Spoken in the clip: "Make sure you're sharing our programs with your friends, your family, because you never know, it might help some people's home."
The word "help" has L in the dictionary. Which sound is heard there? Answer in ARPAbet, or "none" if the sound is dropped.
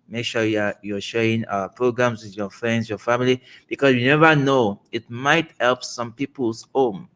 L